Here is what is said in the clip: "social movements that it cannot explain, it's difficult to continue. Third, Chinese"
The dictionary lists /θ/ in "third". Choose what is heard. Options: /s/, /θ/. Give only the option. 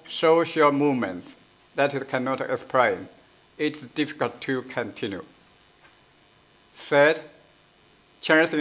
/s/